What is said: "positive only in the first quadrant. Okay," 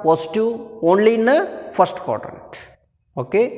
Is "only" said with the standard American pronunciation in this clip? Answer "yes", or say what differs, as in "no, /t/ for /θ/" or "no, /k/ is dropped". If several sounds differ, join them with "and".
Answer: yes